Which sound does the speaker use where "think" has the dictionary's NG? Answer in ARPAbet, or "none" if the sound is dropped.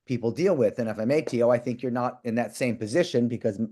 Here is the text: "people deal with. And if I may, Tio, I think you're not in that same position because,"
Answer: NG